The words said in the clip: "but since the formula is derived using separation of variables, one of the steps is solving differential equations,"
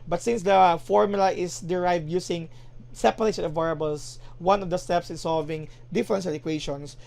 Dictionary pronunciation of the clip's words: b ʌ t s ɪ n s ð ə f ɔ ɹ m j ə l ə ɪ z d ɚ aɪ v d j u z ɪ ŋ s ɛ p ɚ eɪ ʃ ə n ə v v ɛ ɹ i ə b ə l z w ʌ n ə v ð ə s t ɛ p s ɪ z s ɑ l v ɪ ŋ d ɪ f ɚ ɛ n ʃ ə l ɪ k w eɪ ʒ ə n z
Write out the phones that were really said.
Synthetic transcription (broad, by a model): b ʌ t s ɪ n s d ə f ɔ ɹ m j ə l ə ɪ s d ɚ aɪ v d j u s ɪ ŋ s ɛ p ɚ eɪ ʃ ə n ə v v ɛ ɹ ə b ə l s w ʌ n ə v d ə s t ɛ p s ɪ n s ɑ l v ɪ ŋ d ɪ f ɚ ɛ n s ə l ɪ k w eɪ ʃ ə n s